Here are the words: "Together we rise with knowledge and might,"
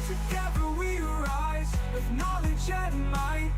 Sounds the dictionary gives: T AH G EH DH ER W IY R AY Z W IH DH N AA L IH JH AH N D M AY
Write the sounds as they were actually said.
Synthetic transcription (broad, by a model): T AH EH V ER W IY R AY Z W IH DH N AA L IH JH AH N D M AY